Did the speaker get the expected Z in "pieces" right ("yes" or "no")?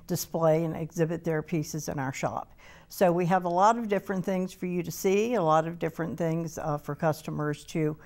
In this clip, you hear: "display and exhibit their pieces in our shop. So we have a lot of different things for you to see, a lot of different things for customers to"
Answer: yes